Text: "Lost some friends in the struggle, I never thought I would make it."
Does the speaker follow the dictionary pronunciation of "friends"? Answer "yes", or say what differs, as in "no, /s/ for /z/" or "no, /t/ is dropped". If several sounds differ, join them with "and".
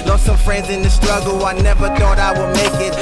yes